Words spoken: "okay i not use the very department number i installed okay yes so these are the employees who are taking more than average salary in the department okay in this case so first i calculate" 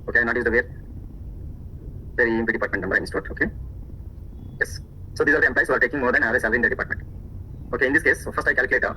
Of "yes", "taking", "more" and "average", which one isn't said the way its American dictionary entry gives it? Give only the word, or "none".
average